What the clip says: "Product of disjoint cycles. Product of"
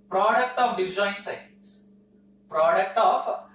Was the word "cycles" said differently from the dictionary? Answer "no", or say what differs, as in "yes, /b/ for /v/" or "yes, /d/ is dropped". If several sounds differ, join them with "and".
yes, /k/ is dropped